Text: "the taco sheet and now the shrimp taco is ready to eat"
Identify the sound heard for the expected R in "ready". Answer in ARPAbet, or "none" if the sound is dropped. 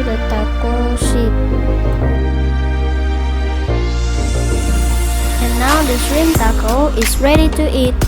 R